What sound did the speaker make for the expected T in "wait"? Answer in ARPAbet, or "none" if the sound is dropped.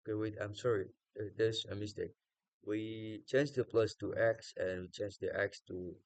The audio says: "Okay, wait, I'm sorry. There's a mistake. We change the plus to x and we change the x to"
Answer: none